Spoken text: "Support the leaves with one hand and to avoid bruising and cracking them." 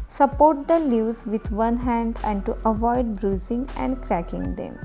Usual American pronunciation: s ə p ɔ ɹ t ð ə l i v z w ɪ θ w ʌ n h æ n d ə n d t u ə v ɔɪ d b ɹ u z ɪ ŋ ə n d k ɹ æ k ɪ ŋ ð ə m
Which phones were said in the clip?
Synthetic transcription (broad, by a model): s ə p ɔ ɹ t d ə l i z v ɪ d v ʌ n h æ n d ə n d t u ə v ɔɪ d b ɹ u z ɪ ŋ ə n d k ɹ æ k ɪ ŋ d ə m